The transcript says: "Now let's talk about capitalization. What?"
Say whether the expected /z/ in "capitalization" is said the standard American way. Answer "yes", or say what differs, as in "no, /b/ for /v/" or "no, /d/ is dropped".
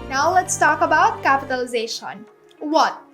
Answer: yes